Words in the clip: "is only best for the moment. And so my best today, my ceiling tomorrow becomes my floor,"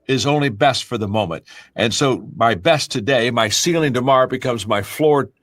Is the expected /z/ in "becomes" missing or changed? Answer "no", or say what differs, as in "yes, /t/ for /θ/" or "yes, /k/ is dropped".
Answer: no